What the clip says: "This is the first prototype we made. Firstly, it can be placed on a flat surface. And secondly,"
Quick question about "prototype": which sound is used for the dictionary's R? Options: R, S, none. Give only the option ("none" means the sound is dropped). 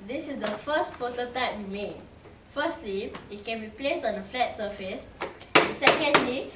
none